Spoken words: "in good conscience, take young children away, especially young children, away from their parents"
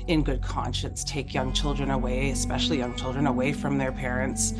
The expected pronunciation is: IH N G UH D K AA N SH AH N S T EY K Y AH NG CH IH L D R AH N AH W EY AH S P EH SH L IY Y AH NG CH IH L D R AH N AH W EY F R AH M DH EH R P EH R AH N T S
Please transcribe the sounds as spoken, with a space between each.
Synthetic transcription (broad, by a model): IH N G UH D K AA N SH AH N S T EY K Y AH NG CH IH L D R AH N AH W EY AH S P EH SH L IY Y AH NG CH IH L D R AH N AH W EY F R AH M DH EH R P EH R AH N T S